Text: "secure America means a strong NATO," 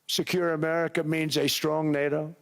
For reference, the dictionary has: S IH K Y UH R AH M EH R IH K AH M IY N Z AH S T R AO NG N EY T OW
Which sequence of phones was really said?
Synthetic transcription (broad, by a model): S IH K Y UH R AH M EH R IH K AH M IY N Z AH S T R AO NG N EY T OW